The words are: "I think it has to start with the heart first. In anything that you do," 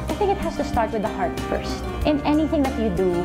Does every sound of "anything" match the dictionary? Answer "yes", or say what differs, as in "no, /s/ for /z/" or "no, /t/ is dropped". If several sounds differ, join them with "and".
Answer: yes